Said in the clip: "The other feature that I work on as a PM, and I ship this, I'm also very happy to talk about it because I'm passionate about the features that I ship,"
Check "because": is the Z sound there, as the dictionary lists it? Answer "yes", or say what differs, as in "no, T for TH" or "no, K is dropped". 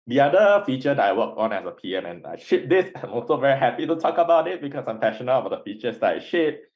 no, S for Z